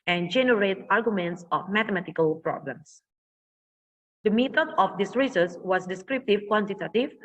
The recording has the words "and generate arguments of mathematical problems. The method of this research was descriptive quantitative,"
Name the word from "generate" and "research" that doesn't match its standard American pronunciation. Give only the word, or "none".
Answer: research